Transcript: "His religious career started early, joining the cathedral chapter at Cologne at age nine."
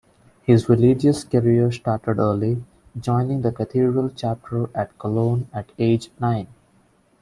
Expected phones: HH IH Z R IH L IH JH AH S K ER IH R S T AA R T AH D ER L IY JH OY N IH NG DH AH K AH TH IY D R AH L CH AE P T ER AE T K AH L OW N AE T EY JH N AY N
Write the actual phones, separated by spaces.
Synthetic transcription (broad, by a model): HH IH Z R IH L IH JH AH S K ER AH R S T AA R T AH D ER L IY JH OY N IH NG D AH K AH T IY D R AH L CH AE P T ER AE T K AH L OW N AE T EY JH N AY N